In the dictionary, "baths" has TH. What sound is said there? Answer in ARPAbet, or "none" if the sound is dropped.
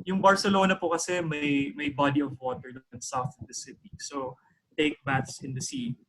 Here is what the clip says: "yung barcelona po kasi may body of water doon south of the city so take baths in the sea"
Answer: T